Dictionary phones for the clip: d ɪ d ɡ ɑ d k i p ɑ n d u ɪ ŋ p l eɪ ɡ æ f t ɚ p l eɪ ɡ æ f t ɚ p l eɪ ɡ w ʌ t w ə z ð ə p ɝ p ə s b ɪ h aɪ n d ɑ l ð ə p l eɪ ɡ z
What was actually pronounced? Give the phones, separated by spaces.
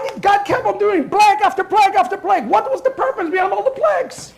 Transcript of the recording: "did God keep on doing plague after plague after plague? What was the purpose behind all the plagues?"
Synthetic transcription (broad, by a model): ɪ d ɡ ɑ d k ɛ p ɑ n d u ɪ ŋ b l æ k æ f t ɚ p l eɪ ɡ æ f t ɚ p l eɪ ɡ w ʌ t w ə z ð ə p ɝ p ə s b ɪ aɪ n ɑ l ð ə p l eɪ ɡ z